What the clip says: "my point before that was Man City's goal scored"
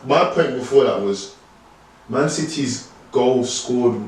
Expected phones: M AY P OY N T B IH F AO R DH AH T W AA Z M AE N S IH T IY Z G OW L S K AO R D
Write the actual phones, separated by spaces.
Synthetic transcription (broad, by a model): M AY P OY N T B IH F AO DH AH T W AA Z M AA N S IH T IY Z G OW L S K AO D